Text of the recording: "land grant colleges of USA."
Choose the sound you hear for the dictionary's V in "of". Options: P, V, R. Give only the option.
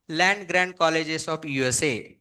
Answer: P